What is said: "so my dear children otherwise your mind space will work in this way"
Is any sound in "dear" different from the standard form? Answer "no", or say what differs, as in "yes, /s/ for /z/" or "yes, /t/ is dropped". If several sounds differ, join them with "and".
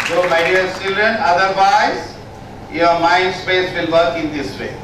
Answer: yes, /l/ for /ɹ/